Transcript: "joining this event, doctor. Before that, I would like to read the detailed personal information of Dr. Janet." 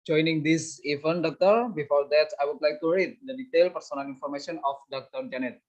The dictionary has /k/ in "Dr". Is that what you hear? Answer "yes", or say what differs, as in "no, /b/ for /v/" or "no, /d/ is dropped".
yes